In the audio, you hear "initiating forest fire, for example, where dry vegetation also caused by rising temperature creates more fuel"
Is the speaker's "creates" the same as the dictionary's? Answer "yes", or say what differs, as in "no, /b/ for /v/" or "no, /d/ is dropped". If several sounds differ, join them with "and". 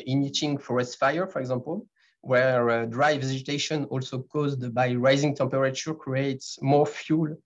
yes